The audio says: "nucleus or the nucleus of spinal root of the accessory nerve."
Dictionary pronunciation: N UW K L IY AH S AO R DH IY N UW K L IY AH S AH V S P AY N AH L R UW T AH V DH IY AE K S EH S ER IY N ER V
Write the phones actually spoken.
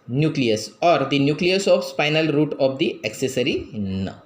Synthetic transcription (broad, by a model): N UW K L IY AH S AO R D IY N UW K L IY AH S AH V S F AY N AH L R UW T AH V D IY AE K S EH S ER IY N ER